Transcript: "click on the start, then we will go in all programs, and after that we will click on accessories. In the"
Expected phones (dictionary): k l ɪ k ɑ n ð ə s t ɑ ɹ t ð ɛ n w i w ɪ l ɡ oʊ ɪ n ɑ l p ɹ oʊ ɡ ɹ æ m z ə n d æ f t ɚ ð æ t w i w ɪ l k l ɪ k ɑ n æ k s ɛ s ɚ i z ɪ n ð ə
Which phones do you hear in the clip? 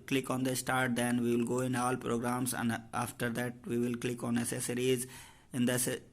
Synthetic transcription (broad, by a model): k l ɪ k ɑ n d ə s t ɑ ɹ t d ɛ n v i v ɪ l ɡ oʊ ɪ n ɑ l p ɹ oʊ ɡ ɹ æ m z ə n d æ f t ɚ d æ t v i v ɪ l k l ɪ k ɑ n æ s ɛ s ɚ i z ɪ n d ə